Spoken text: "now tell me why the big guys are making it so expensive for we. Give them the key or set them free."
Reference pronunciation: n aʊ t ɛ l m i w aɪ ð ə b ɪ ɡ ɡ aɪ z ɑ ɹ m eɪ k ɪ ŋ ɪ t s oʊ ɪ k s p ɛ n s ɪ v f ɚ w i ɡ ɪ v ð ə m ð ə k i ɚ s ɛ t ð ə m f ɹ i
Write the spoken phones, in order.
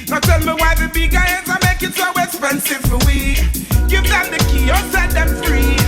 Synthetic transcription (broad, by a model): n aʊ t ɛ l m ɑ w aɪ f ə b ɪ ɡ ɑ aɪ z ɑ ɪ m eɪ ɪ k ɪ t s oʊ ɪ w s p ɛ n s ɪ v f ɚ w i ɡ ɪ v ð ə m ð ə k i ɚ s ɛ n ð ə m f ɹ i